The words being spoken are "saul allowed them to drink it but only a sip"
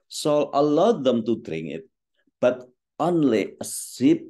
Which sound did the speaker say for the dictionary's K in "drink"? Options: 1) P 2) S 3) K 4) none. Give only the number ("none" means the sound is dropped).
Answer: 4